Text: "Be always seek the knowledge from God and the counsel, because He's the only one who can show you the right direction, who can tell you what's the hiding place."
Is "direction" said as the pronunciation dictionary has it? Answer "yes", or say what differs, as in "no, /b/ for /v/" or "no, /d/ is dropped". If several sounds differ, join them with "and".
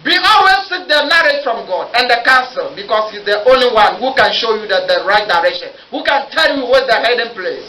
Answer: yes